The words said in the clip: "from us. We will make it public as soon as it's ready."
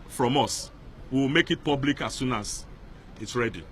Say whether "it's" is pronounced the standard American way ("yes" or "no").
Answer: yes